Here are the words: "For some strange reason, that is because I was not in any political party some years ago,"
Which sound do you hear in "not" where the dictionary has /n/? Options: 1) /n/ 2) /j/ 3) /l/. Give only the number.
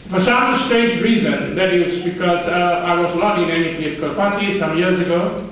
3